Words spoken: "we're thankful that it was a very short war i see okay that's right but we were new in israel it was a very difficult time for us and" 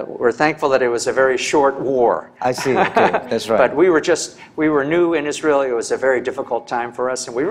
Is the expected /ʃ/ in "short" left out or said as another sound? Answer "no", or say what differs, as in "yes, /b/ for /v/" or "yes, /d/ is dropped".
no